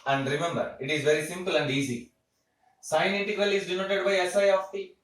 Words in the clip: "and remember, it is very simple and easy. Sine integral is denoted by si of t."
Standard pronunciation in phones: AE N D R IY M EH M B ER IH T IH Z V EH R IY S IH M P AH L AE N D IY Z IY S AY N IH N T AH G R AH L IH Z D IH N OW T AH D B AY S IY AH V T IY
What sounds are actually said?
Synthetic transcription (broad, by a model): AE N D R IY M EH M B ER IH T IH Z V EH R IY S IH M P AH L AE N D IY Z IY S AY IH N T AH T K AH L IH Z D IH N OW T AH D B AY S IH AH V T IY